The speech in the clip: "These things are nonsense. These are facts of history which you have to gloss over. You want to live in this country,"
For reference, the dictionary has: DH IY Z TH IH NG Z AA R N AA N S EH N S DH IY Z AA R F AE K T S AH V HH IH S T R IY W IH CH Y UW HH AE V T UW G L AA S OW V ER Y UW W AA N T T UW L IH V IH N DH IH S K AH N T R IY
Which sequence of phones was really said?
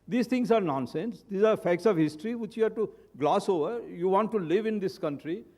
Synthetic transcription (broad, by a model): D IY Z T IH NG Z AA R N AA N S EH N S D IY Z AA R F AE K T S AH V HH IH S T R IY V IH CH Y UW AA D T UW G L AA S OW V ER Y UW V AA N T T UW L IH V IH N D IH S K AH N T R IY